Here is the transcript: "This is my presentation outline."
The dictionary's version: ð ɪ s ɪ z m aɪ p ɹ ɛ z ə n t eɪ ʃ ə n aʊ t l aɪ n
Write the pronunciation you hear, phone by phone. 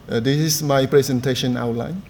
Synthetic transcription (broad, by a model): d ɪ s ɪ s m aɪ p ɹ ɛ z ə n t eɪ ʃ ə n aʊ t l aɪ n